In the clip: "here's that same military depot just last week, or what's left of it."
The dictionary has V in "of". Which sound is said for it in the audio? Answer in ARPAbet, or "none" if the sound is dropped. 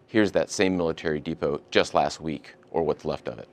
V